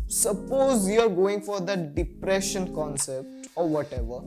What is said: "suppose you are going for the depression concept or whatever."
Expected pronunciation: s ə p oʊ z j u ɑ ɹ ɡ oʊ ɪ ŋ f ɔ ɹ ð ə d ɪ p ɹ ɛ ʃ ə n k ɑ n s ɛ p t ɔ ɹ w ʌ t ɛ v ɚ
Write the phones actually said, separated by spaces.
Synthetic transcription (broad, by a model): s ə p oʊ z j u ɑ ɹ ɡ oʊ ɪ ŋ f ɔ ɹ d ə d ɪ p ɹ ɛ ʃ ə n k ɑ n s ɛ p t ɔ ɹ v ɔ t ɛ v ɚ